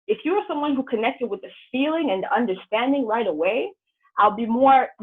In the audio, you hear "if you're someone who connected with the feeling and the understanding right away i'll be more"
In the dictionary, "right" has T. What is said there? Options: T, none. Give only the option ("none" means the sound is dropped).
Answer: T